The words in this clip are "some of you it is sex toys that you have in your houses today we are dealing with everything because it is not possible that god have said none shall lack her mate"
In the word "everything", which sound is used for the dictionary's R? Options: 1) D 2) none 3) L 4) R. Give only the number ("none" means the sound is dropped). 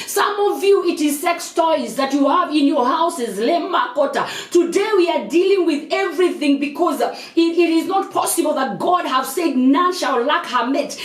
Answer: 4